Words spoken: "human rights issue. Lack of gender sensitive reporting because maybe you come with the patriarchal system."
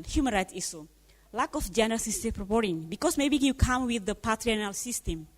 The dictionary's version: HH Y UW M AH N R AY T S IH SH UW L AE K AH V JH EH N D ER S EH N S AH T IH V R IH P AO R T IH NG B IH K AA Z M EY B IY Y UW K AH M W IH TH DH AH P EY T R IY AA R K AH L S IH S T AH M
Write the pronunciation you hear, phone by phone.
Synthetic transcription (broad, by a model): HH Y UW M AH N R AY T S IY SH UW L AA K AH F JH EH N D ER S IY S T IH P R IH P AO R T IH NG B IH K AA S M EY B IY Y UW K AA M W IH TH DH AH P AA T R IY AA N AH L S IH S T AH M